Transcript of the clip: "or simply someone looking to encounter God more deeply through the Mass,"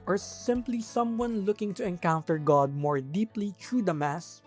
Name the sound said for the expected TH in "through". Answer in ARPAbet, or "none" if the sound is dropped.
T